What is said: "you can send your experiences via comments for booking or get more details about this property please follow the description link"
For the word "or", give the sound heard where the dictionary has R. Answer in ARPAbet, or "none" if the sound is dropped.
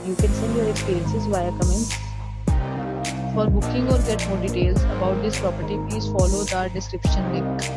R